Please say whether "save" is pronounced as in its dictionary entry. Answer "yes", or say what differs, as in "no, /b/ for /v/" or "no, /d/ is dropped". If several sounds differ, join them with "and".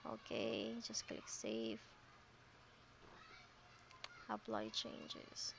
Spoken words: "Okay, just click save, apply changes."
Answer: no, /f/ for /v/